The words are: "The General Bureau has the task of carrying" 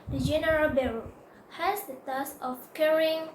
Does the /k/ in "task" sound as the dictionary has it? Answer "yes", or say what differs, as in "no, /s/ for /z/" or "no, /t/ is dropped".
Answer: no, /k/ is dropped